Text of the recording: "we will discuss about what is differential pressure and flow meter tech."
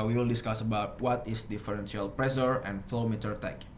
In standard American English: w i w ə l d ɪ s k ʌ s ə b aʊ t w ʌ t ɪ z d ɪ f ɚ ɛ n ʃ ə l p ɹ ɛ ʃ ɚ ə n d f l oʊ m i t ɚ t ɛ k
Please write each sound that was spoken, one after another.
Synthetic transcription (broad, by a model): w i w ə l d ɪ s k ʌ s ə b aʊ t w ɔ t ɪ s d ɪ f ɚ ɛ n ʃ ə l p ɹ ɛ s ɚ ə n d f l oʊ m i t ɚ t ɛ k